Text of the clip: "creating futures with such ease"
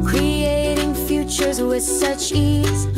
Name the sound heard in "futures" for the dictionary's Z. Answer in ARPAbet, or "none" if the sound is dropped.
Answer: Z